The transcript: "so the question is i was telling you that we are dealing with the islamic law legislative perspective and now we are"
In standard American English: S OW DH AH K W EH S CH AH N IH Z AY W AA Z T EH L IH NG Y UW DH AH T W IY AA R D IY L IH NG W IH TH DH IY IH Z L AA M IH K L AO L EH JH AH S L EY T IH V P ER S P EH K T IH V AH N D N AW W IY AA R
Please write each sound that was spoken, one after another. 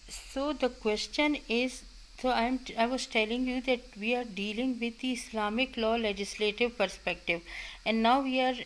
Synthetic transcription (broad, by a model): S OW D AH K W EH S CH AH N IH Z AY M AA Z T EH L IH NG Y UW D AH T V IY AA R D IY L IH NG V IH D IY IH S L AA M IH K L AO L EH JH AH S L EY T IH V P ER S P EH K T IH V AH N D N AW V IY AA R